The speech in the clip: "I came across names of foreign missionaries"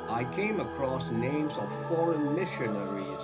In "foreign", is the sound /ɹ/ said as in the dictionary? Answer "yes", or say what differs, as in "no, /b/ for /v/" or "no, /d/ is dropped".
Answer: yes